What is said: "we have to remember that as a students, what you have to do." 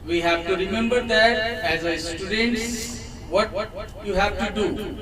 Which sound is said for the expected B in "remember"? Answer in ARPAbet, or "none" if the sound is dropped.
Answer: B